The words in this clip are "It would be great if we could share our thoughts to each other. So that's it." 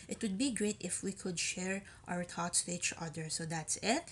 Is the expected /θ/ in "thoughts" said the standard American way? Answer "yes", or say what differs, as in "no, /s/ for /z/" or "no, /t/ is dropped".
no, /t/ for /θ/